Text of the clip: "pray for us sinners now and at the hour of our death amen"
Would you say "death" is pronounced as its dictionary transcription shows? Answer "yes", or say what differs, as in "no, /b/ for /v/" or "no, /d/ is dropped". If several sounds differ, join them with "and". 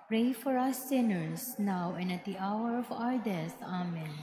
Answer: no, /t/ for /θ/